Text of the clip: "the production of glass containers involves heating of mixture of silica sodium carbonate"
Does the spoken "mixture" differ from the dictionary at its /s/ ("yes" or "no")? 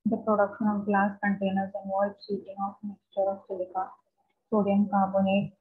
no